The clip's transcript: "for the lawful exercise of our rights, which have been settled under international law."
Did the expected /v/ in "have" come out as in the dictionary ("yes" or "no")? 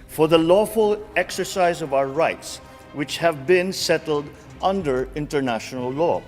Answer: yes